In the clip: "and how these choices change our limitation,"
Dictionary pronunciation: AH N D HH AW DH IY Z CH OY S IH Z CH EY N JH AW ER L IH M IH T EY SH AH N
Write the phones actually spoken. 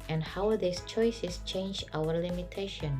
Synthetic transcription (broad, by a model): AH N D HH AW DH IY S CH OY S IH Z CH EY N JH AW ER L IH M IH T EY SH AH N